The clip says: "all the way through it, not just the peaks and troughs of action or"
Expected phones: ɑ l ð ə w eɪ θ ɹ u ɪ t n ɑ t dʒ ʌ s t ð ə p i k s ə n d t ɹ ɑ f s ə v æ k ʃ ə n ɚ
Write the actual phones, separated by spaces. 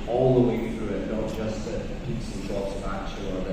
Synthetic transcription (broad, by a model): ɑ l ð ə w eɪ θ ɹ u ɪ t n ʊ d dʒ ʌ s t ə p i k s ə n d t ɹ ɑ p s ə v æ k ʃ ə ɚ